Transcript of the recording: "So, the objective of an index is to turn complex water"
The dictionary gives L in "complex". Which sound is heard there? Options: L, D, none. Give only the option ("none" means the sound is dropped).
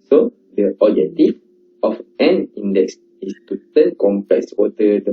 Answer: none